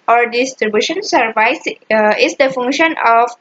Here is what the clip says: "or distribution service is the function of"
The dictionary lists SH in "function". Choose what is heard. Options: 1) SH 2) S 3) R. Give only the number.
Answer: 1